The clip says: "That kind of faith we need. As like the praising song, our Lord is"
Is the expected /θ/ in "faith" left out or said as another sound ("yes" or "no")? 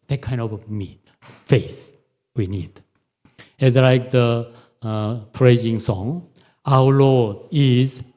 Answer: yes